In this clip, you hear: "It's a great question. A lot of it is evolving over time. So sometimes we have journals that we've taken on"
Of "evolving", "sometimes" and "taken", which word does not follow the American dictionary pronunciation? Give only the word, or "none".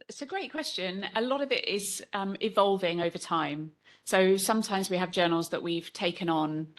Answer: none